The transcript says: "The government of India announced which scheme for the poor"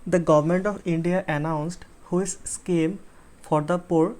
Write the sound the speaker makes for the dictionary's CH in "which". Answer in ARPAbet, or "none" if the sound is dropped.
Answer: S